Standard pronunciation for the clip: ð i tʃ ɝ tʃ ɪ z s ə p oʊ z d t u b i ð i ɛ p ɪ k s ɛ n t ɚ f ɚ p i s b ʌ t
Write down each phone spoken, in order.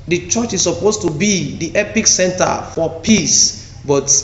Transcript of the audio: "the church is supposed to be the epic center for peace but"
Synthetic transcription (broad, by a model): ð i tʃ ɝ tʃ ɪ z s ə p oʊ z t u b i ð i ɛ p ɪ k s ɛ n t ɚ f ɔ p i s b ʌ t